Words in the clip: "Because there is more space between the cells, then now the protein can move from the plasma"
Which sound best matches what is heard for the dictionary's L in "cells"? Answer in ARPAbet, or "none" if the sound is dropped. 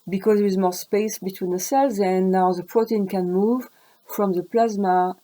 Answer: L